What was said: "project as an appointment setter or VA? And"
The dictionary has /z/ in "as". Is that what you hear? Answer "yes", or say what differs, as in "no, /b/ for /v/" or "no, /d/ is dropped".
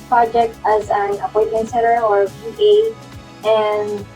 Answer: yes